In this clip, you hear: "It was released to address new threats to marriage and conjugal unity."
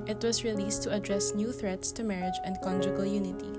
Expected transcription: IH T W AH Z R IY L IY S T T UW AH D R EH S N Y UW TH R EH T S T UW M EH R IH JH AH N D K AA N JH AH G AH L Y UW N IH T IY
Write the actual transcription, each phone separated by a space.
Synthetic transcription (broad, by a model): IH T W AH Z R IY L IY S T T UW AH D R EH S N Y UW TH R EH T S T UW M EH R IH JH AH N D K AA N JH AH G AH L Y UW N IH T IY